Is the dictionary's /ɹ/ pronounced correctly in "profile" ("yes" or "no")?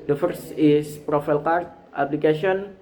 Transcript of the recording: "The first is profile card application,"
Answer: yes